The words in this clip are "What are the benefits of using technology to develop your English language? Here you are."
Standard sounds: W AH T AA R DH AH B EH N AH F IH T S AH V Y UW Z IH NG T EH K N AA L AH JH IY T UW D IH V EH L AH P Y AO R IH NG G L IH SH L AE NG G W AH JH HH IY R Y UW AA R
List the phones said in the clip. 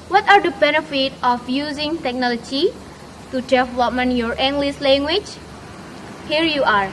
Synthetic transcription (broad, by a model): W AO T AA R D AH B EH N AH F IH T AH F Y UW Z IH NG T EH K N AA L AH JH IY T UW D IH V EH L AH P Y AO R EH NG G L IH S L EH NG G W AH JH HH IY R Y UW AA R